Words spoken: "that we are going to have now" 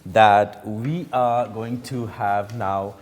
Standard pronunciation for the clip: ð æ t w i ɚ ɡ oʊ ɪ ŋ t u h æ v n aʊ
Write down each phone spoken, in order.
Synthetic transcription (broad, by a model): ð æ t w i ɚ ɡ oʊ ɪ ŋ t u h æ v n aʊ